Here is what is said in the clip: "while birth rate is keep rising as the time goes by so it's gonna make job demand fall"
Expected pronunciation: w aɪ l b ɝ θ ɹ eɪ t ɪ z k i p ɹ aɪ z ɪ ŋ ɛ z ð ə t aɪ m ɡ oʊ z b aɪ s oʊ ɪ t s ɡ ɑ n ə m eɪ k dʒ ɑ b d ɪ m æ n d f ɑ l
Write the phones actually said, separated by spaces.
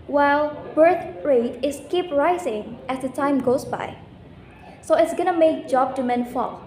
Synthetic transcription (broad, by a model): w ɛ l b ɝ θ ɹ eɪ t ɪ s k i p ɹ aɪ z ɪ ŋ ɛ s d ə t aɪ m ɡ oʊ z b aɪ s oʊ ɪ t s ɡ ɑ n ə m eɪ k dʒ ɑ b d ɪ m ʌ n f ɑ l